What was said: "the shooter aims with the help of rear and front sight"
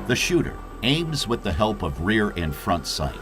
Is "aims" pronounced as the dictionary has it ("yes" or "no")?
yes